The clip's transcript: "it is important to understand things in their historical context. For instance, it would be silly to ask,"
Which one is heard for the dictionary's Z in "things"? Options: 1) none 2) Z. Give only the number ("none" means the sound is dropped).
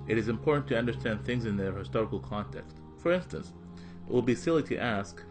2